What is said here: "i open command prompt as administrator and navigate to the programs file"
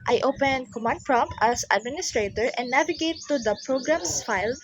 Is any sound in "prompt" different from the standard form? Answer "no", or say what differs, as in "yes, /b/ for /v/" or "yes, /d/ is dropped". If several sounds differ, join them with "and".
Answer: yes, /t/ is dropped